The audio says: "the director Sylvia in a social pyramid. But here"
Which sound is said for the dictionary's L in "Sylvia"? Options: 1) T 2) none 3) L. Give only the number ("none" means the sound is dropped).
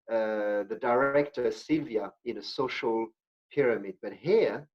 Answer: 3